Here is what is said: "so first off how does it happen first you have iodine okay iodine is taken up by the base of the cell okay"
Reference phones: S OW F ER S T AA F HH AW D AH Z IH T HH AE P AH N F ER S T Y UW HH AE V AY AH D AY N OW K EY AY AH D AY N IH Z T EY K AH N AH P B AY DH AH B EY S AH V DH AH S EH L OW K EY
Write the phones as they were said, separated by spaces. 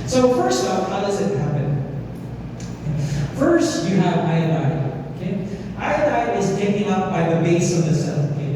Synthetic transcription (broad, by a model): S OW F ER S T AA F HH AW D AH Z IH T HH AE P AH N F ER S T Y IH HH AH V AY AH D AY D OW K EY AY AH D AY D IH Z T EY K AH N AH P B AY DH AH B EY S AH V DH AH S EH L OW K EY